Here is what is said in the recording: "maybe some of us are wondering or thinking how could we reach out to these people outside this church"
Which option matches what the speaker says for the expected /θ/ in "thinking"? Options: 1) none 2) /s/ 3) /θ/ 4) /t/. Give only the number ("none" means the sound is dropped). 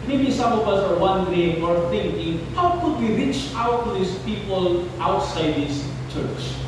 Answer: 4